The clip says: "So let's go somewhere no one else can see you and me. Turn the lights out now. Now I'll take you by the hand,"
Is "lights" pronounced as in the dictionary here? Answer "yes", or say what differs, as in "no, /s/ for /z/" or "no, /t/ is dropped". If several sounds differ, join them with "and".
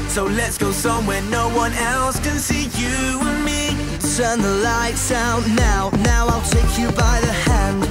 yes